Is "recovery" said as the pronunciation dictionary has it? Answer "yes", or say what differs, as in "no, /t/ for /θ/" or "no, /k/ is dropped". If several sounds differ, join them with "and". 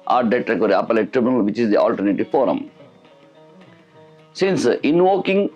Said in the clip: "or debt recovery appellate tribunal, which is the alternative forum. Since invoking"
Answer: no, /v/ is dropped